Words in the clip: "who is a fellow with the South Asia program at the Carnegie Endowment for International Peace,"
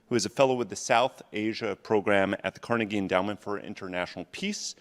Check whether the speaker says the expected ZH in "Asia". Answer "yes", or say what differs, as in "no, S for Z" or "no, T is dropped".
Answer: yes